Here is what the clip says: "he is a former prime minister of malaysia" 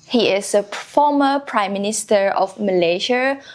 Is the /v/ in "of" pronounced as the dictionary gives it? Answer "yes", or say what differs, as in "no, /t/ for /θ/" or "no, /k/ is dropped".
no, /f/ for /v/